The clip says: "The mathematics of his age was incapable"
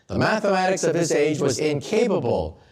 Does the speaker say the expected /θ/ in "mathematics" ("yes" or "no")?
yes